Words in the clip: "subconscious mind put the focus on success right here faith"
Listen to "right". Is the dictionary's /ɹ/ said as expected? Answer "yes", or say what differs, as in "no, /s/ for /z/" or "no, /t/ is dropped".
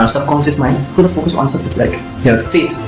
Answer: no, /l/ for /ɹ/